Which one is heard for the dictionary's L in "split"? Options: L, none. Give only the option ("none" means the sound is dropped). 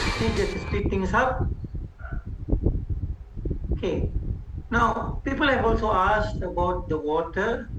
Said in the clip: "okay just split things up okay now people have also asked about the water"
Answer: none